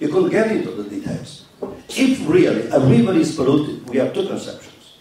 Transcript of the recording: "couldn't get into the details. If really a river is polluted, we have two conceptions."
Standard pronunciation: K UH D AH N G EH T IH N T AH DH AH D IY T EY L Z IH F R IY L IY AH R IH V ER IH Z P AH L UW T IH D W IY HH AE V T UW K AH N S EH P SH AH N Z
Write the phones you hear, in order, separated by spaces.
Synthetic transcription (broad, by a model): K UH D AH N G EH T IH T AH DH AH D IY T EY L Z IH F R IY L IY AH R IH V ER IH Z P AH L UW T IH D W IY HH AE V T UW K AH N S EH P SH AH N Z